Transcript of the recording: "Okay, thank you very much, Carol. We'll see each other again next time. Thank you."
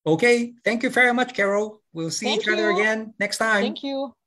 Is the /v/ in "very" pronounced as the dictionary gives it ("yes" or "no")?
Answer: yes